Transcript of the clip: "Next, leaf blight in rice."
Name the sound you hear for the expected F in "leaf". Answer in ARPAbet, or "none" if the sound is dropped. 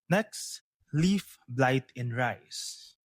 F